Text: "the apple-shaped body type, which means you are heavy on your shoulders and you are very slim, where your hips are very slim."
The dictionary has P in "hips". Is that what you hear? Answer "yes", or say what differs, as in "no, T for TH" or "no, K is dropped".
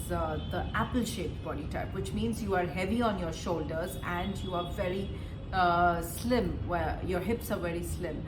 yes